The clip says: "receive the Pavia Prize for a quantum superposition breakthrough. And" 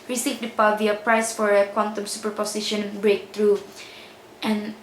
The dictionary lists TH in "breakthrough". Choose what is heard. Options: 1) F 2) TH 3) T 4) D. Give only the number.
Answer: 3